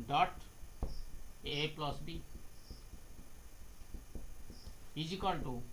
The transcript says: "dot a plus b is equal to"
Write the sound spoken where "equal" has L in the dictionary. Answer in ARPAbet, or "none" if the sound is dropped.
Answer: N